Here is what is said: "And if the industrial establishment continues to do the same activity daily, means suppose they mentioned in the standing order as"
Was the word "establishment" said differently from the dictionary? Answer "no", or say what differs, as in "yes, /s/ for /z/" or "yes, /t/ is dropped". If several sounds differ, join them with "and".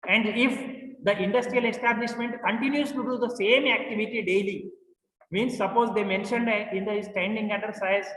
no